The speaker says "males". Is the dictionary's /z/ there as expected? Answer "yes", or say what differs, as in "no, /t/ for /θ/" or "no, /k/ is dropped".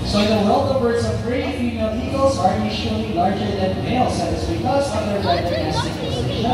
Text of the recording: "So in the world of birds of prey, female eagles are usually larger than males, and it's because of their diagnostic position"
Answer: no, /s/ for /z/